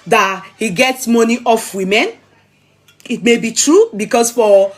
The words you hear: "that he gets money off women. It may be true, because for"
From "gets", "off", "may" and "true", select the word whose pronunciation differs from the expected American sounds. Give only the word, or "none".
none